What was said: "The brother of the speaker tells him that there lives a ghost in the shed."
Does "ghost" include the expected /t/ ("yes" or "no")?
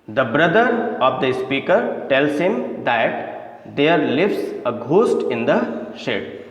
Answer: yes